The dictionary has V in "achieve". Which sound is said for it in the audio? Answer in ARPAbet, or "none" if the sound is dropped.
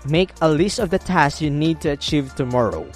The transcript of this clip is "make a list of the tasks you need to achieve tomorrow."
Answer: V